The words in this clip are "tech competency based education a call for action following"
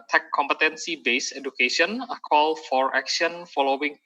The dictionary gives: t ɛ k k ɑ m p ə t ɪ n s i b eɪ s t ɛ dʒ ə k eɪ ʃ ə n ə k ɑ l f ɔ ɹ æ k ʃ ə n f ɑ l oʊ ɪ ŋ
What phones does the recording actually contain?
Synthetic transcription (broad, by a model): t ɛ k k ɑ m p ə t ɪ n s i b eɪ s ɛ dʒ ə k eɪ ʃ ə n ə k ɑ l f ɔ ɹ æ k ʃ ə n f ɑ l oʊ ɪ ŋ